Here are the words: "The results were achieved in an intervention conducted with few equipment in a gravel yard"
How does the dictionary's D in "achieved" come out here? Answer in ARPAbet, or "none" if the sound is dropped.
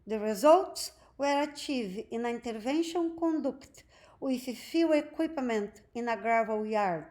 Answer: none